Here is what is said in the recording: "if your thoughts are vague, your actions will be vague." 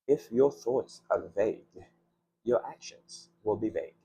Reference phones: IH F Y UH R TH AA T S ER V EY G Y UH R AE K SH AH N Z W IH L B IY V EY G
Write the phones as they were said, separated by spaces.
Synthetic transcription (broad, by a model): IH F Y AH R TH AA T S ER V EY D Y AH R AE K SH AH N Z W IH L B IY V EY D